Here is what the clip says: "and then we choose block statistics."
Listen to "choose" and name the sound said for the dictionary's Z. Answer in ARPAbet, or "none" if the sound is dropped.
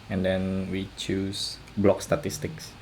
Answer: S